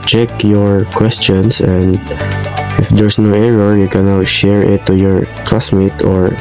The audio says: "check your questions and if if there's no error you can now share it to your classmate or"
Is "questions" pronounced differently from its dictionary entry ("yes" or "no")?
yes